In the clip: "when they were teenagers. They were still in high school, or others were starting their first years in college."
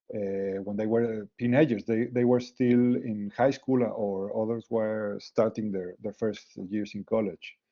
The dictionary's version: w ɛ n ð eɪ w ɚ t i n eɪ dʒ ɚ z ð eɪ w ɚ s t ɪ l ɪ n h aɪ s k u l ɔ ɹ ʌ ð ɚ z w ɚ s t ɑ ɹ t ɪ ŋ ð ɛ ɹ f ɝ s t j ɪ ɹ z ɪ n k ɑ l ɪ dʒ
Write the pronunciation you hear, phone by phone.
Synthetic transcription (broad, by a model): w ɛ n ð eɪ w ɚ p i n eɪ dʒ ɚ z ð eɪ w ɚ s t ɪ l ɪ n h aɪ s k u l ɔ ɹ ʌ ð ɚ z w ɚ s t ɑ ɹ t ɪ ŋ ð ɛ ɹ f ɝ s t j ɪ ɹ s ɪ n k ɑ l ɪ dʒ